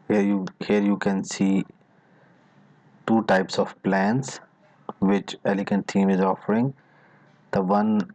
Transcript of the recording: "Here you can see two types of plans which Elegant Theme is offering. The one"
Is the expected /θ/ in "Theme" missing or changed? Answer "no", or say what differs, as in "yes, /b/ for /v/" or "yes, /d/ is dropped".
yes, /t/ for /θ/